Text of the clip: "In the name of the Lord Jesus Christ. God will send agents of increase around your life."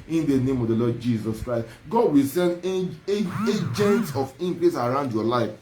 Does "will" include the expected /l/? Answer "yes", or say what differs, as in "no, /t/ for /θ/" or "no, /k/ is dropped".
yes